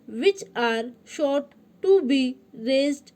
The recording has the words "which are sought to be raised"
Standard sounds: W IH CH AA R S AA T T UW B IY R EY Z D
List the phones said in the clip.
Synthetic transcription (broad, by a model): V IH CH AA R SH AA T T UW B IY R EY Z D